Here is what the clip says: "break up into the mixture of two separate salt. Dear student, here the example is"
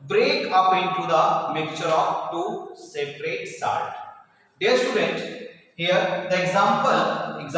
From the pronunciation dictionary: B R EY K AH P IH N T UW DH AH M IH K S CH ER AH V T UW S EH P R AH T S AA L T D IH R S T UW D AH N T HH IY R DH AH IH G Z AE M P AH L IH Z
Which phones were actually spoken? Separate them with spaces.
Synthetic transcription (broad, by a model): B R EY K AH P IH N T UW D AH M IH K CH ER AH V T UW S EH P R AH T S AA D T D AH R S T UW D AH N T HH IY R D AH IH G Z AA M P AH L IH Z